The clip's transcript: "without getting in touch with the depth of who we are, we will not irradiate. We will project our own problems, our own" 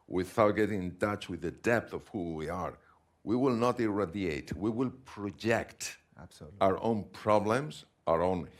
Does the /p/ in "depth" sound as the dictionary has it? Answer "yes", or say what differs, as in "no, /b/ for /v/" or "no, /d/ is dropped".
yes